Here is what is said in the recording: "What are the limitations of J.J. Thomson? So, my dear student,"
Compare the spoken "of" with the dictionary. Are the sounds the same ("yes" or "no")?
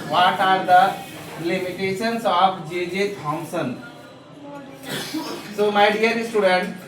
no